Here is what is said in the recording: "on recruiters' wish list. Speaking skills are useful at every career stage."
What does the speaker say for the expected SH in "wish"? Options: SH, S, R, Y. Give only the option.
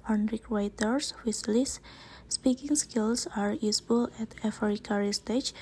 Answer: S